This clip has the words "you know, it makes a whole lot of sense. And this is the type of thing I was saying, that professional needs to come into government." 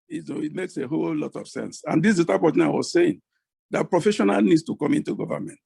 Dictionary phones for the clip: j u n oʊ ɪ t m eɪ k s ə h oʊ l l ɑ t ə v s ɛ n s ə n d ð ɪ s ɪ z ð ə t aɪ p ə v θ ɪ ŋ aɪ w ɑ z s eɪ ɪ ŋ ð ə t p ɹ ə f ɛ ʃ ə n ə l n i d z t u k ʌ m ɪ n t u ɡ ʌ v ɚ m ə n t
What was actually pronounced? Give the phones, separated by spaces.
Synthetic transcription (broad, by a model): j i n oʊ ɪ t m eɪ k s ə h oʊ l l ɑ t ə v s ɛ n s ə n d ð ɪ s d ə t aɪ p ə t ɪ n aɪ w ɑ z s eɪ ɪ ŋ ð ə t p ɹ ə f ɛ ʃ ə n ə l n i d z t u k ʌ m ɪ n t u ɡ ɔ v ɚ m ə n t